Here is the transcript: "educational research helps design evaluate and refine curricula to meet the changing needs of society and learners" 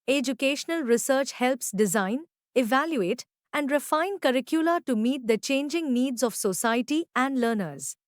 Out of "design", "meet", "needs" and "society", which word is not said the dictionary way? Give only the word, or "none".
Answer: none